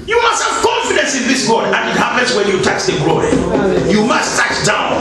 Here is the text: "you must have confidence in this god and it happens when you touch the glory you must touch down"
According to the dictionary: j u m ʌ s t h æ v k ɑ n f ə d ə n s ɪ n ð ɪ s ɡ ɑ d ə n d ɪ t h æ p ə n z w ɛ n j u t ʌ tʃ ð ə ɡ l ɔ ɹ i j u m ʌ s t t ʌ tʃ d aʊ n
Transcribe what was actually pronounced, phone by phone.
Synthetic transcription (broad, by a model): j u m ʌ s t h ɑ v k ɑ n f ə d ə n s ɪ n ð ɪ s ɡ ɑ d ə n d ɪ t h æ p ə n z w ɛ n j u t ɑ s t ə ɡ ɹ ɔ i j u m ʌ s t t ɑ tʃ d aʊ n